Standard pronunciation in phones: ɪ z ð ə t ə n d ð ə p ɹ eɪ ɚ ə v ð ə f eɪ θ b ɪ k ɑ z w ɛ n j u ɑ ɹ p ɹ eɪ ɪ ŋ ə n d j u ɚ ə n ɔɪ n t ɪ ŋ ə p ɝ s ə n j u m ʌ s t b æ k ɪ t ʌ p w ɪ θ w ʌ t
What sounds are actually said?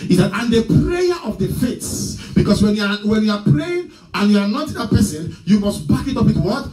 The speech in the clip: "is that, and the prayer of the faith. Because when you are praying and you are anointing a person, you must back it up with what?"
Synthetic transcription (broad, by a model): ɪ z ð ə t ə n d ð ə p ɹ eɪ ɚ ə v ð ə f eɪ s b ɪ k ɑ s w ɛ n j u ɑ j p ɹ eɪ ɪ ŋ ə n j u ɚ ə n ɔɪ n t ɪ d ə p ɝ s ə n j u m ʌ s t b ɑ k ɪ t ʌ p w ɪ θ w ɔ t